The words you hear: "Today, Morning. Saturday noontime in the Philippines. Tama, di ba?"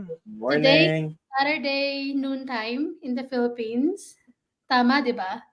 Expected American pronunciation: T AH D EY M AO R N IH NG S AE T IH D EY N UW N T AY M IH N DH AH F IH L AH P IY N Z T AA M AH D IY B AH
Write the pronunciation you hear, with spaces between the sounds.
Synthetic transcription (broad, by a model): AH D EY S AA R IH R D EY N UW N T AY M IH N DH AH F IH L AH P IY N S T AA M AH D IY B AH